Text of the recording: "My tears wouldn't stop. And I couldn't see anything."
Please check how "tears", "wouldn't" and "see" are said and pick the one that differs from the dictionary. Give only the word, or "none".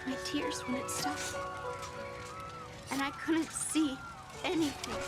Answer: wouldn't